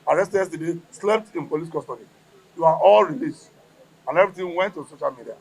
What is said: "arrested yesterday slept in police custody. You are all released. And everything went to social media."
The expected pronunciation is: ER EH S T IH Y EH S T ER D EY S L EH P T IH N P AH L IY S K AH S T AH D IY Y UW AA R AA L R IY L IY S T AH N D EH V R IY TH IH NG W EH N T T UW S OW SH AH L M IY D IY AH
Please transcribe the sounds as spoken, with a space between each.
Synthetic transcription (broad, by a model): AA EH S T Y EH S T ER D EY S L EH P T IH N P AH L IY S K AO S T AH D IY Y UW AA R AA L R IY L IY S T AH N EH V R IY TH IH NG W EH N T T UW S OW SH AH L M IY D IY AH